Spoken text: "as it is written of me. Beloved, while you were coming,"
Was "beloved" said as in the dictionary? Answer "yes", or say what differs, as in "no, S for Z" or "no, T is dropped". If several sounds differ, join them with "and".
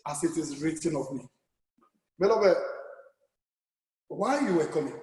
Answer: no, B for V